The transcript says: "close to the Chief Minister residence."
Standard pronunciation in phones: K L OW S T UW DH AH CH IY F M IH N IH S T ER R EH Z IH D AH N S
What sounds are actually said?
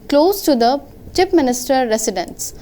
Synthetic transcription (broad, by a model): K L OW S T UW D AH CH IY P M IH N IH S T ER R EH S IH D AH N S